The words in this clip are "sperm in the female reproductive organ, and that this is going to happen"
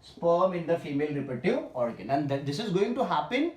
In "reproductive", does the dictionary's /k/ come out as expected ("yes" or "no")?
no